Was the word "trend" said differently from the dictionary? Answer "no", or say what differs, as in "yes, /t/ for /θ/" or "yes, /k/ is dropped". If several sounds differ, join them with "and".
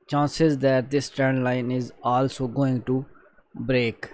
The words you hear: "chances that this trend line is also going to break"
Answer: yes, /ɹ/ is dropped